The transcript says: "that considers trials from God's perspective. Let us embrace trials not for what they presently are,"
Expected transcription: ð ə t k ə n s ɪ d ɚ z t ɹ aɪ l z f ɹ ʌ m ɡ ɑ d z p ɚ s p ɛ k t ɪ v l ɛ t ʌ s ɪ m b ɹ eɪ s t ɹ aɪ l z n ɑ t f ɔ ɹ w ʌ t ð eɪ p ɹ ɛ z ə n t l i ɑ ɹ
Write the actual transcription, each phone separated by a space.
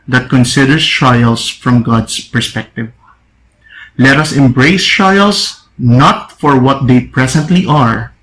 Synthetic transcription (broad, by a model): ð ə t k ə n s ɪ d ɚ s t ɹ aɪ l s f ɹ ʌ m ɡ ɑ d s p ɚ s p ɛ k t ɪ v l ɛ t ʌ s ɪ m b ɹ eɪ s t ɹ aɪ l s n ɑ t f ɔ ɹ w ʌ t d eɪ p ɹ ɛ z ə n t l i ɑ ɹ